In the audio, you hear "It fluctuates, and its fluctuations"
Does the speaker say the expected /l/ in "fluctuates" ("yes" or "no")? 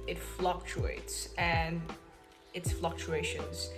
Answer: yes